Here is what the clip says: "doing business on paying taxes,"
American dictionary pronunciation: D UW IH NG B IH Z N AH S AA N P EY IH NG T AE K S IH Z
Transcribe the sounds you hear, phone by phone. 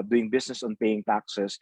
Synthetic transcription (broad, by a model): D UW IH NG B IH S N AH S AA N P EY IH NG T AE K S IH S